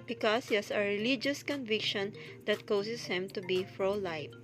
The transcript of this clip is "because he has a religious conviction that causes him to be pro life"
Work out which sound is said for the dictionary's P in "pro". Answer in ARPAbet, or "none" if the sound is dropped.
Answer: F